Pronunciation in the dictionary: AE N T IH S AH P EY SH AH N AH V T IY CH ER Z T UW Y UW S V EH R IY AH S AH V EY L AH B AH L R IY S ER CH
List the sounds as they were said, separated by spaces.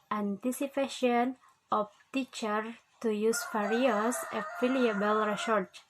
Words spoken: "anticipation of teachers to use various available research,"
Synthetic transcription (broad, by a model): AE N T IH S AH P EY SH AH N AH F T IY CH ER T UW Y UW S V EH R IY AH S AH F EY L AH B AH L R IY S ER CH